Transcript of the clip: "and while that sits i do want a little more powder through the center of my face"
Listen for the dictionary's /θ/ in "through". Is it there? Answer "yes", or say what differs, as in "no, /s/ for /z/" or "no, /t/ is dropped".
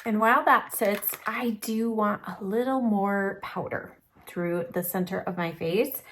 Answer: yes